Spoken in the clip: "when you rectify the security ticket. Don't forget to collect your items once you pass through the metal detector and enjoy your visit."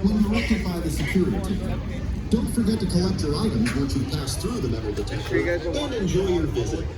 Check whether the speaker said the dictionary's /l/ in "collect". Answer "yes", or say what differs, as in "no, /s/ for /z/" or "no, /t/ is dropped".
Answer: no, /l/ is dropped